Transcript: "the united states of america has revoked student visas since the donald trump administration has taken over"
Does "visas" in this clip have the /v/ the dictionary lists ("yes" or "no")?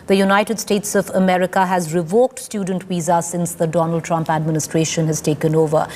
no